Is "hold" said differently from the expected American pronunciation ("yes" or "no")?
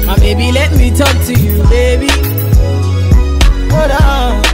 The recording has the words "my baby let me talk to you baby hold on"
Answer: yes